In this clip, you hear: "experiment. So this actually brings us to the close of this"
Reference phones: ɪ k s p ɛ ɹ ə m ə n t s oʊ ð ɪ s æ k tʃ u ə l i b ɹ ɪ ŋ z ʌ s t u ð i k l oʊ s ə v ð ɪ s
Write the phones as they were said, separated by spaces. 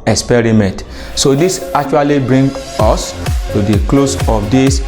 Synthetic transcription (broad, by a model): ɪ k s p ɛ ɹ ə m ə n t s oʊ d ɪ s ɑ k tʃ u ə l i b ɹ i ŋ ɔ s t u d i k l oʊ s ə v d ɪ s